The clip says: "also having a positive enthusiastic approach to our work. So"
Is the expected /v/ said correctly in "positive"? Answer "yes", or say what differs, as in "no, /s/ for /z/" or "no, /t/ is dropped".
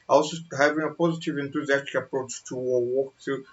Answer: yes